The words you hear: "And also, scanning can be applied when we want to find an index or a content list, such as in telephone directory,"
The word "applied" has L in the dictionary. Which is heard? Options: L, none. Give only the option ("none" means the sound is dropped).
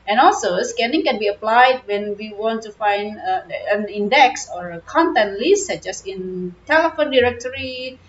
L